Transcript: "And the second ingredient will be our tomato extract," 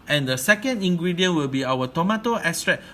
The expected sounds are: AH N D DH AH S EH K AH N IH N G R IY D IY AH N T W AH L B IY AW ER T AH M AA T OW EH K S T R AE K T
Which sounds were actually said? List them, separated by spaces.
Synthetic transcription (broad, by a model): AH N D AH S EH K AH N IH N G R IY D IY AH N W AH L B IY AW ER T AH M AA T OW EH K S T R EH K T